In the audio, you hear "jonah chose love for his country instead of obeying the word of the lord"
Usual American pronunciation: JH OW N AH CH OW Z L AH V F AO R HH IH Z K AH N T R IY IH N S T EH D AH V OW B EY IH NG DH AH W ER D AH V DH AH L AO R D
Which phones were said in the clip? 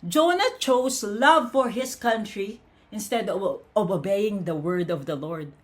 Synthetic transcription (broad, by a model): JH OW N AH CH OW S L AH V F AO R HH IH S K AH N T R IY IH N S T EH D AH V OW B EY IH NG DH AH W ER D AH V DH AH L AO R D